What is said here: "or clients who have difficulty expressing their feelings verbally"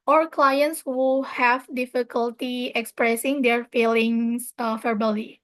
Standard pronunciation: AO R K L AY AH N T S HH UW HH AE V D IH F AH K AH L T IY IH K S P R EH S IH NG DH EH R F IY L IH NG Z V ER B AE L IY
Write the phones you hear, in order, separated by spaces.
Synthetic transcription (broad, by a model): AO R K L AY AH N T S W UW HH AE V D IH F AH K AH L T IY IH K S P R EH S IH NG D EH R F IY L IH NG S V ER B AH L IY